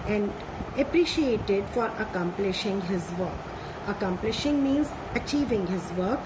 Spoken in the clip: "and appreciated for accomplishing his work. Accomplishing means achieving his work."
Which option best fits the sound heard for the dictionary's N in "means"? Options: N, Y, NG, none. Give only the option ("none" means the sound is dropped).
N